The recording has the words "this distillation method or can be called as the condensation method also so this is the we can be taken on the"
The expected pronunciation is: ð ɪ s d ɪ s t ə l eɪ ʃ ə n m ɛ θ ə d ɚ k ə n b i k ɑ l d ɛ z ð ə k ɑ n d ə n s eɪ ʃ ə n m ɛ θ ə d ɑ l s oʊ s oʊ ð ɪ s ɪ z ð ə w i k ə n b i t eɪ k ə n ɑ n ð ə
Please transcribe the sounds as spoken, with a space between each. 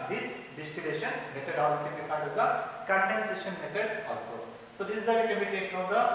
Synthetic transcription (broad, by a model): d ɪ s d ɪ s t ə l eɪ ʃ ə n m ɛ t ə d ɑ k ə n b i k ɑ n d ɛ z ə k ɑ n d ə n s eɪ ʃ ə n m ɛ t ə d ɑ l s oʊ s oʊ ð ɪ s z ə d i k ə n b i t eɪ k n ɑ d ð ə